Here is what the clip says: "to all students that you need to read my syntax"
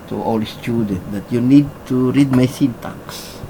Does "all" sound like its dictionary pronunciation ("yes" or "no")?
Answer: yes